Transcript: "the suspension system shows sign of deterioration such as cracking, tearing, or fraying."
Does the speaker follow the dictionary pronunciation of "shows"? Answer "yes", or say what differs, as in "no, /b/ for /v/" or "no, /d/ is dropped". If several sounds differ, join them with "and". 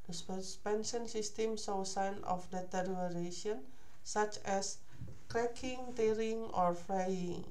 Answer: no, /s/ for /ʃ/